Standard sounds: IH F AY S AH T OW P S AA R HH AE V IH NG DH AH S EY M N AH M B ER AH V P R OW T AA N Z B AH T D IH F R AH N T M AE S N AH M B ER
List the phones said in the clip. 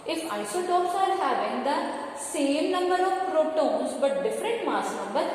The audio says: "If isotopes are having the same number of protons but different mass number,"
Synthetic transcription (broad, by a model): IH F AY S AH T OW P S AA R HH AE V IH NG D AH S EY M N AH M B ER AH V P R OW T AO N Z B AH T D IH F R AH N T M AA S N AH M B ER